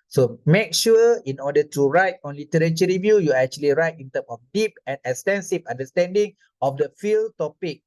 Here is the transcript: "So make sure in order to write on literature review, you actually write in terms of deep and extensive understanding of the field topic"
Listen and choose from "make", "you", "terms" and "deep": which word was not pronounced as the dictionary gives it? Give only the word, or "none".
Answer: terms